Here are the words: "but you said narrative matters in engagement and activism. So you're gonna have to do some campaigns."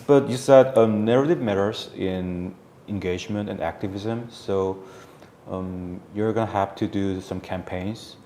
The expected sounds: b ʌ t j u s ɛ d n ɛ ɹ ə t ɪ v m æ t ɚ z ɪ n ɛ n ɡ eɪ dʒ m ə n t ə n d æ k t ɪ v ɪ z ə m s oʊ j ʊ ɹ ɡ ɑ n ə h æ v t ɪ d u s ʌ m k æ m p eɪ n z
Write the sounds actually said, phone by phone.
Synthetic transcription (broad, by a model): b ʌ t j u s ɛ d n ɛ ɹ ə t ɪ v m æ t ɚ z ɪ n ɛ n ɡ eɪ dʒ m ə n t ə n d æ k t ɪ v ɪ z ə m s oʊ j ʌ ɹ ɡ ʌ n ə h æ f t ɪ d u s ʌ m k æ m p eɪ n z